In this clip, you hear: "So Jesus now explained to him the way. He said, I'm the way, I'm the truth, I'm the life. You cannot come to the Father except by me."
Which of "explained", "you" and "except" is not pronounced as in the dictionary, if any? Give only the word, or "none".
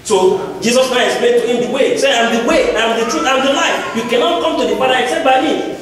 explained